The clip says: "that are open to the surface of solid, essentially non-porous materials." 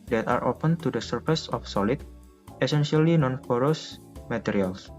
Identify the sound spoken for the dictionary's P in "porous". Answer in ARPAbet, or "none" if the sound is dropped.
F